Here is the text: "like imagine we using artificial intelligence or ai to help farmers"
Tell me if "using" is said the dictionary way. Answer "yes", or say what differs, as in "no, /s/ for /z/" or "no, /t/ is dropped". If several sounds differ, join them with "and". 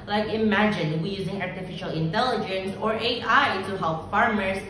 yes